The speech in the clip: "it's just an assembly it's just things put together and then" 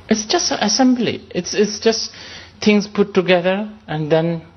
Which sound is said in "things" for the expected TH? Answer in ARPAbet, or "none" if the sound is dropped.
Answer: T